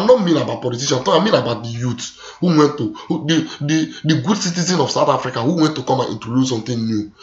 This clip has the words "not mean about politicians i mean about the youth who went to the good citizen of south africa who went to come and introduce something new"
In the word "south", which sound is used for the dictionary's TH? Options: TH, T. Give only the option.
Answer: T